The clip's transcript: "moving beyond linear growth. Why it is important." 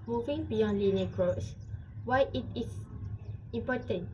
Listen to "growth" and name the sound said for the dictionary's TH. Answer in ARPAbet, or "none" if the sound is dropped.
S